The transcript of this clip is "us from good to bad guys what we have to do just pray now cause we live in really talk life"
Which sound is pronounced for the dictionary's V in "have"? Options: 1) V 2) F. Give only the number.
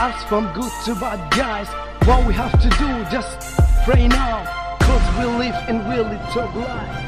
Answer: 2